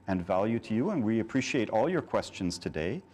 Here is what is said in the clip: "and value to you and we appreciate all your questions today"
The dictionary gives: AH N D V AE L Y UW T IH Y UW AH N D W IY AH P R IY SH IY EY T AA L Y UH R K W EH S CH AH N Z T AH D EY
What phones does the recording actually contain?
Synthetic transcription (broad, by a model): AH N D V AE L Y UW T IH Y UW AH N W IY AH P R IY SH IY EY T AA L Y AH R K W EH S CH AH N Z T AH D EY